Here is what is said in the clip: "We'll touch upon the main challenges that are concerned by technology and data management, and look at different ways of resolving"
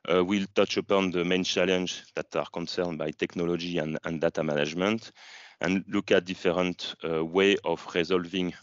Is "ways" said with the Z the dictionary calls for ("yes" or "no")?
no